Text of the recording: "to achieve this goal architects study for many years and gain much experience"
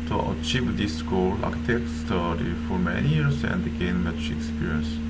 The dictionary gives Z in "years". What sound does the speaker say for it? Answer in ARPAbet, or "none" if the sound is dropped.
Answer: S